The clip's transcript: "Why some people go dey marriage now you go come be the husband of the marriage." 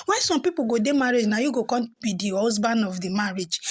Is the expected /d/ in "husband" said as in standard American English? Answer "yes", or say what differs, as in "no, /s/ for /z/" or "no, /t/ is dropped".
no, /d/ is dropped